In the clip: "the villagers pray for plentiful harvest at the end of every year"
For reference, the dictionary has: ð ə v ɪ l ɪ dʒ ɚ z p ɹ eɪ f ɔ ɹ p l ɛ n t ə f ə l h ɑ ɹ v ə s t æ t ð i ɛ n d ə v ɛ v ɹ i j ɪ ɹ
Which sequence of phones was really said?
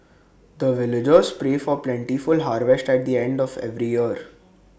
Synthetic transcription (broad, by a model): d ə v ɪ l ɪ dʒ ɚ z p ɹ eɪ f ɔ ɹ p l ɛ n t ə f ə l h ɑ ɹ v ə s t æ t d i ɛ n d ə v ɛ v ɹ i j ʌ ɹ